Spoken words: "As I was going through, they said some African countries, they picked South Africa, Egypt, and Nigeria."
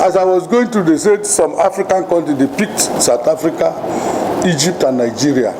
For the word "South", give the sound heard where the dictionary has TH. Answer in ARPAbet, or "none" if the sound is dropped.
T